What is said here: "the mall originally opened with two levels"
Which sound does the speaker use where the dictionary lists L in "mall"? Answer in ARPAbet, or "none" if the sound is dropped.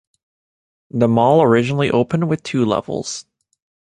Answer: L